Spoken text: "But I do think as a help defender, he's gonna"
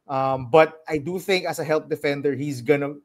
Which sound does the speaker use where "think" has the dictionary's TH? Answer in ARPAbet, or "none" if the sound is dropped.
TH